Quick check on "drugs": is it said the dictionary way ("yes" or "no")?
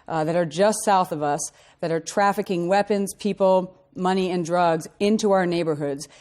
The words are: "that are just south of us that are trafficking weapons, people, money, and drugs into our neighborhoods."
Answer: yes